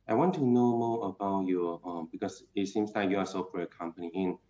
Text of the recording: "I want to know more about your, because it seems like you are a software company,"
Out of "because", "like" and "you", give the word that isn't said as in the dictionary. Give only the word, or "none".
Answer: because